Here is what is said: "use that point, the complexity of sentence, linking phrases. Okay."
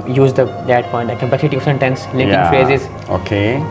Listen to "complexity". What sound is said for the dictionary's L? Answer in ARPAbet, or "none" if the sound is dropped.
none